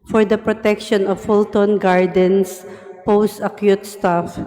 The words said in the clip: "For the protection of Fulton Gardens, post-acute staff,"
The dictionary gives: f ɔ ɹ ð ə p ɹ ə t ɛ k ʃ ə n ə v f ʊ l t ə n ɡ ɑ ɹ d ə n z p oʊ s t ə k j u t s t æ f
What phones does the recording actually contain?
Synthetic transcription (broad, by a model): f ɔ ɹ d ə p ɹ ə t ɛ k ʃ ə n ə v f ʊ l t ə n ɡ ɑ ɹ d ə n s p oʊ s t ə k j u t s t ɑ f